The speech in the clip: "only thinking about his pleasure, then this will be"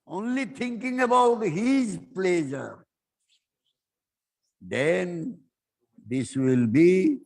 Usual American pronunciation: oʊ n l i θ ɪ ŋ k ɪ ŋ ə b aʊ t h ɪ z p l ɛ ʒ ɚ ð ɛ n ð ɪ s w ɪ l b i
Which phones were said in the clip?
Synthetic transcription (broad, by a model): oʊ n l i t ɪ ŋ k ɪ ŋ ə b aʊ t h ɪ z p l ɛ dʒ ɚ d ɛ n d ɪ s w ɪ l b i